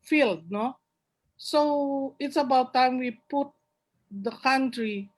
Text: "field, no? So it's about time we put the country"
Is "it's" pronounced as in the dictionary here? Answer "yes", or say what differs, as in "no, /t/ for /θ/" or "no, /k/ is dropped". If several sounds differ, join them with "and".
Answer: yes